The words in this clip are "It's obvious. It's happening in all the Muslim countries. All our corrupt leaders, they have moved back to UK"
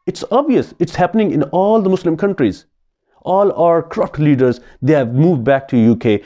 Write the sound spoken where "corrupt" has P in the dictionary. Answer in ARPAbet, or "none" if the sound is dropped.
F